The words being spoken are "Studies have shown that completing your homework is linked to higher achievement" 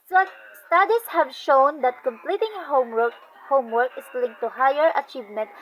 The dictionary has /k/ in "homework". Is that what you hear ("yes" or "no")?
yes